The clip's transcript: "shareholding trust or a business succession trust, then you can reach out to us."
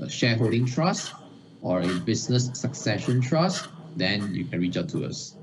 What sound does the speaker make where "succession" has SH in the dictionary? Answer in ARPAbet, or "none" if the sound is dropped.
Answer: SH